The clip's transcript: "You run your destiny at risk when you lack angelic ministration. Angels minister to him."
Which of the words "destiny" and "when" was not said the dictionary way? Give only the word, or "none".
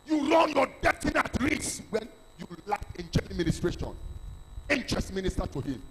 destiny